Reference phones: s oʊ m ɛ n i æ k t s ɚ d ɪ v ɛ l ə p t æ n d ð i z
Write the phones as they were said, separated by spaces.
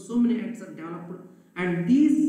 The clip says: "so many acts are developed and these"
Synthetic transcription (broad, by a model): s oʊ m ɛ n i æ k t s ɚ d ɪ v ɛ l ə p æ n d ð i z